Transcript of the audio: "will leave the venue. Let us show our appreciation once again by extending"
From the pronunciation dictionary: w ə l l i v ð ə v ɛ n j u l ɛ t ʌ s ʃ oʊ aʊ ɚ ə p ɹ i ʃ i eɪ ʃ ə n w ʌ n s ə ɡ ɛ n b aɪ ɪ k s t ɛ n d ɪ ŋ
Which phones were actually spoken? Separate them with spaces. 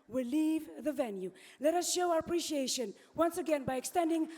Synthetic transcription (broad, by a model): w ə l l i v ð ə v ɛ n j u l ɛ t ʌ s ʃ oʊ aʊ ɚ ə p ɹ i ʃ i eɪ ʃ ə n w ʌ n s ə ɡ ɛ n b aɪ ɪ k s t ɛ n d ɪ ŋ